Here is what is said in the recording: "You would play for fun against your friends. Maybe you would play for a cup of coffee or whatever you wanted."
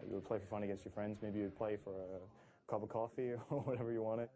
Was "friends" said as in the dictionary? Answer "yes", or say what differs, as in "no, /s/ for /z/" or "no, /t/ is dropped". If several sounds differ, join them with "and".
yes